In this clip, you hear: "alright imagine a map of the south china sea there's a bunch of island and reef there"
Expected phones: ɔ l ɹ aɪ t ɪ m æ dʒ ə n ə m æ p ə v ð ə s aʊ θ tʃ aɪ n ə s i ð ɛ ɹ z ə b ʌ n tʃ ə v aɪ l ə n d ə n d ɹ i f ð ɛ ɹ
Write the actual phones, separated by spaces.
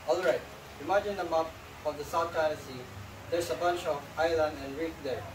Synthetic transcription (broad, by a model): ɔ l ɹ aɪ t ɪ m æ dʒ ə n ə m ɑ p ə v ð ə s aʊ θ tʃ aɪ ə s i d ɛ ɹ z ə b ʌ n tʃ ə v aɪ l ə n d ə n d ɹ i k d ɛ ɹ